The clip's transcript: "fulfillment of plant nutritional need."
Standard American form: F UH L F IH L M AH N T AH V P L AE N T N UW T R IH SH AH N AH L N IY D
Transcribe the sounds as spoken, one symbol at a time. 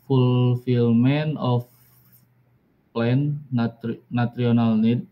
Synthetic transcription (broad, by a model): F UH L F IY L M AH N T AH F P L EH N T N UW T R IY AH N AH L N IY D